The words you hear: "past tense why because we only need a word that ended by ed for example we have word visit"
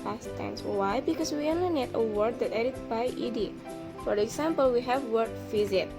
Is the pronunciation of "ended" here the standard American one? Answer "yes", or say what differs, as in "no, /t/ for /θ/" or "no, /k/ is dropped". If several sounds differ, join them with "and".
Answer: no, /n/ is dropped